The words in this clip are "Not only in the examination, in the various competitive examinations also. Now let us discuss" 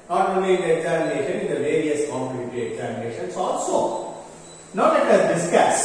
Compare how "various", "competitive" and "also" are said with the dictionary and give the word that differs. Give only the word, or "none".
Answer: competitive